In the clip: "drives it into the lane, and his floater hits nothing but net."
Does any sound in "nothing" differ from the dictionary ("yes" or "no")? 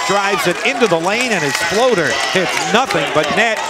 no